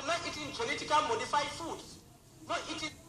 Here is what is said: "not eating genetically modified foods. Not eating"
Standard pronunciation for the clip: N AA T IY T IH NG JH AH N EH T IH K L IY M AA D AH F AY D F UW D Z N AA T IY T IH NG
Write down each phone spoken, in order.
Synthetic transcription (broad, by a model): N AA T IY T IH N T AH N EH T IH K IY M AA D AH F AY F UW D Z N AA T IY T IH